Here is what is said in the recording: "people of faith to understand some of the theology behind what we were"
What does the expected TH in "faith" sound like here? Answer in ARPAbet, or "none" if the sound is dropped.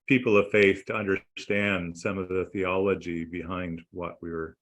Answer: TH